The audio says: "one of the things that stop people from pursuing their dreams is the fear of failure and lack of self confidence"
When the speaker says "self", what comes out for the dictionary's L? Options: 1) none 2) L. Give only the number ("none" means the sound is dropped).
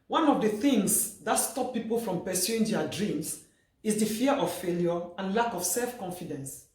2